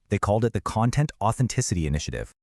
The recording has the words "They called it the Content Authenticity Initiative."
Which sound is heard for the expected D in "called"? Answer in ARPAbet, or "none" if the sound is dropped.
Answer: D